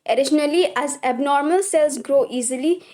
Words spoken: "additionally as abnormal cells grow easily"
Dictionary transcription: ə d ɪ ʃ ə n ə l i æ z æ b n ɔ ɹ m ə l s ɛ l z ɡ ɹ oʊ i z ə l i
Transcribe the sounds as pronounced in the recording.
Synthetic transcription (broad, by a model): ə d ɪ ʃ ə n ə l i æ z æ b n ɔ ɹ m ə l s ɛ l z ɡ ɹ oʊ i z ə l i